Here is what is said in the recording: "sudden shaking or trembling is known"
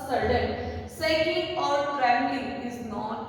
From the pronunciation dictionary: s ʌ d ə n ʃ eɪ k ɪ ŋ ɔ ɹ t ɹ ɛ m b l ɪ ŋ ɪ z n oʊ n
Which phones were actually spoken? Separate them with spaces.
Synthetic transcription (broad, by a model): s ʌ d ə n s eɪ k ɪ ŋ ɔ ɹ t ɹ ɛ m l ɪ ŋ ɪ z n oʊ